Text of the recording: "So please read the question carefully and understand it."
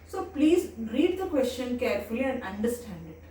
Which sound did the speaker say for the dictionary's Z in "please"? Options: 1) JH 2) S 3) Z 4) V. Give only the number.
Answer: 3